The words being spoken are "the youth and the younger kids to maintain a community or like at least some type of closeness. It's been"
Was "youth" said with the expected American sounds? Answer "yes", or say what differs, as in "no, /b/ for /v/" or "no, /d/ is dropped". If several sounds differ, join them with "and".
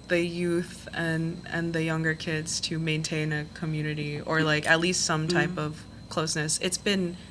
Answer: yes